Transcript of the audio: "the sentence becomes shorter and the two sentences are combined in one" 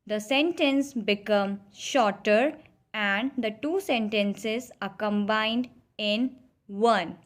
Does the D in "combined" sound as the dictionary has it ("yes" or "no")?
yes